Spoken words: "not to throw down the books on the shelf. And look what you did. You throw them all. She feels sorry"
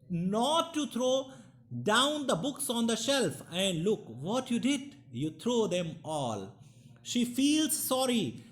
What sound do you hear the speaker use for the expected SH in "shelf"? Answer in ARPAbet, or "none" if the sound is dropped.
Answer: SH